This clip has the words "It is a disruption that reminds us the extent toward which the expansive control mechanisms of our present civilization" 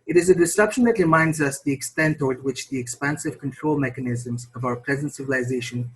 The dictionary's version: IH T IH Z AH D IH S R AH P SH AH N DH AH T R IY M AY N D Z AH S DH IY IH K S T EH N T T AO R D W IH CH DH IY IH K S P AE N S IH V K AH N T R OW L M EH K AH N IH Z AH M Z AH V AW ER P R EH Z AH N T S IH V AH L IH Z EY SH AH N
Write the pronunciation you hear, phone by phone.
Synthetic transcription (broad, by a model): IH T IH Z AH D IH S AH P SH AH N DH AH T R IY M AY N D Z AH S DH IY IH K S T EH N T T AO R D W IH CH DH IY IH K S P AE N S IH V K AH N T R OW L M EH K AH N IH Z AH M Z AH V AW ER P R EH Z AH N T S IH V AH L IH Z EY SH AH N